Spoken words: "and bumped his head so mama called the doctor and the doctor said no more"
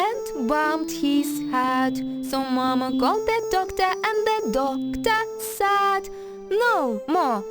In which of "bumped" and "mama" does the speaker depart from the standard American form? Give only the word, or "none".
bumped